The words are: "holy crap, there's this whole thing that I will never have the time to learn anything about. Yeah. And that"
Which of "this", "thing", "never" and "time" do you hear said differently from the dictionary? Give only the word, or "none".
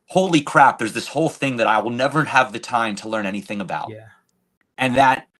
none